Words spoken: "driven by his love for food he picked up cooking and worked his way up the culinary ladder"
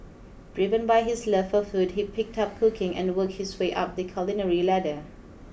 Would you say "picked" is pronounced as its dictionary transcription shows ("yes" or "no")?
yes